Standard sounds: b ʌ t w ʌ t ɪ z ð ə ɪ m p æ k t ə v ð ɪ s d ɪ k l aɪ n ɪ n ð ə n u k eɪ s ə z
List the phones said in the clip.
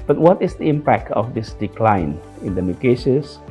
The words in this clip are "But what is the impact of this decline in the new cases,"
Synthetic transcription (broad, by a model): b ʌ t w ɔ t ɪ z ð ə ɪ m p æ k t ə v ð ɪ s d ɪ k l aɪ n ɪ n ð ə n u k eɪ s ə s